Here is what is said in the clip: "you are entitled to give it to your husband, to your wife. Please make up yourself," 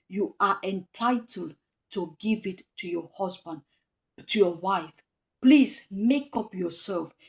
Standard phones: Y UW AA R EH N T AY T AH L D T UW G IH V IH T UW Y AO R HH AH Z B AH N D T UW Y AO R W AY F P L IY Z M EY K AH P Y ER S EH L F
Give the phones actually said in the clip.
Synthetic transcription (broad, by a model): Y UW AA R EH N T AY T AH L D T UW G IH V IH T UW Y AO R HH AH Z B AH N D T UW Y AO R W AY F P L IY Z M EY K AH P Y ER S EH L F